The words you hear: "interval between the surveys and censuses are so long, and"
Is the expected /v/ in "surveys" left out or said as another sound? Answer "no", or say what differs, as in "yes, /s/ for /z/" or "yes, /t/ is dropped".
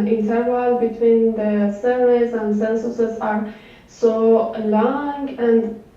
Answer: yes, /v/ is dropped